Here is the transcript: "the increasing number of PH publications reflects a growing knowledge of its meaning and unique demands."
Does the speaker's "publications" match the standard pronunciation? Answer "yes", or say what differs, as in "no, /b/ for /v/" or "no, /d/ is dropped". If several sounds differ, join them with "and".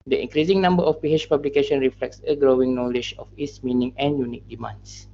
no, /z/ is dropped